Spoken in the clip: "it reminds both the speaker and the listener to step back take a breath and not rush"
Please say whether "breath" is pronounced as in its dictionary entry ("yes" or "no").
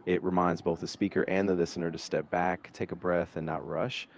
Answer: yes